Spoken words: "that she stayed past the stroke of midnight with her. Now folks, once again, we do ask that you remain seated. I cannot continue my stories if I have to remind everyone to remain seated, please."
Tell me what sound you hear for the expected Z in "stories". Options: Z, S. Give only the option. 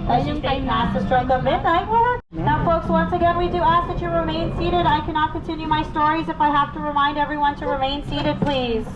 Z